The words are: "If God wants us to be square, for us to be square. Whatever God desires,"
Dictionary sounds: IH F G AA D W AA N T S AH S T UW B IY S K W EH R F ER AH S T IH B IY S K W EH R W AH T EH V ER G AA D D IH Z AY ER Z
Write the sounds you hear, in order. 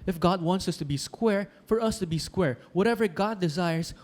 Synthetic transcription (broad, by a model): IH F G AA D W AA N T S AH S T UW B IY S K W EH R F ER AH S T IH B IY S K W EH R W AH T EH V ER G AA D D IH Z AY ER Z